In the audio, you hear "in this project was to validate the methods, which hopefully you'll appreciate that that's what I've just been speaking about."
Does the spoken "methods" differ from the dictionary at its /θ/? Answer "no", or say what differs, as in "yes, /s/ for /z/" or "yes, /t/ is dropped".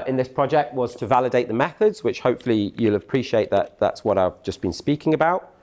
no